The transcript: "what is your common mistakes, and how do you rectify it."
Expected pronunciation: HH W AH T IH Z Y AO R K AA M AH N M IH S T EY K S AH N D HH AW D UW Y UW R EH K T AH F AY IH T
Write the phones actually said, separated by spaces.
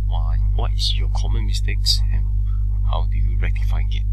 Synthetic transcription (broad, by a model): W W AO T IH S Y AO K AA M AH N M IH S T EY K S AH N HH AW D UW Y UW R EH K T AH F AY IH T